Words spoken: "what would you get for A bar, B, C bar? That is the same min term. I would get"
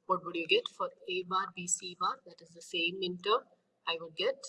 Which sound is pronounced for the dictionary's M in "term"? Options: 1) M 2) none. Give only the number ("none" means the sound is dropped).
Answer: 2